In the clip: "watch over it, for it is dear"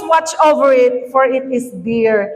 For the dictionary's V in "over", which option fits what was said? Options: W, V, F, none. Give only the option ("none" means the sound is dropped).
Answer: V